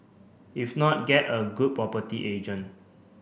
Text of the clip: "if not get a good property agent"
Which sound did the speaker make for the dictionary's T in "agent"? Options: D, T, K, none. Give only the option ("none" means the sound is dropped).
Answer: none